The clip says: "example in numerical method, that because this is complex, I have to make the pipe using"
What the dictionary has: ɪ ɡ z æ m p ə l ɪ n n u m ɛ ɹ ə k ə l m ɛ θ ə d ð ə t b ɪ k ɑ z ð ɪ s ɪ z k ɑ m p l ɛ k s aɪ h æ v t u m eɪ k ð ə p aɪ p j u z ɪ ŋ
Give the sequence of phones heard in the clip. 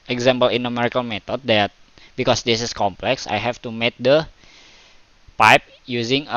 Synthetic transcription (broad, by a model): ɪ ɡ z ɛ m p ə l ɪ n n u m ɛ ɹ ə k ə l m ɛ t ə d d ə t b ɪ k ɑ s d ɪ s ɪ s k ɑ m p l ɛ k s aɪ h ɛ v t u m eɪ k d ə p aɪ p j u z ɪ ŋ